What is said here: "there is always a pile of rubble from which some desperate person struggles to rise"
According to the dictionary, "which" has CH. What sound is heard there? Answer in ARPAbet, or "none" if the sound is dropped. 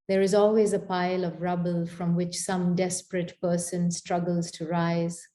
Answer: CH